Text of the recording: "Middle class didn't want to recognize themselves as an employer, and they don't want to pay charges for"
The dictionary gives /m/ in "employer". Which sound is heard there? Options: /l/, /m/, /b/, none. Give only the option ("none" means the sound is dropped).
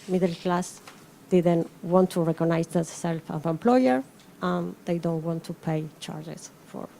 /m/